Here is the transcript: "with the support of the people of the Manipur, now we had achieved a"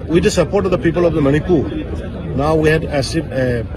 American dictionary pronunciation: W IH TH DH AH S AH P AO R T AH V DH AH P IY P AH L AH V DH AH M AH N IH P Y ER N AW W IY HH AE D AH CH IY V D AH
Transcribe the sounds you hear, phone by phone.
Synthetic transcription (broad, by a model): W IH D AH S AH P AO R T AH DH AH P IY P AH L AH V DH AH M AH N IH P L N AW W IY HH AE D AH S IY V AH